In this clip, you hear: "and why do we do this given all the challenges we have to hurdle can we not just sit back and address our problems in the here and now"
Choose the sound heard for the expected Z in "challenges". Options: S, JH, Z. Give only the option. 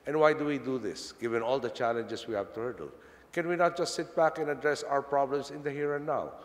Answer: S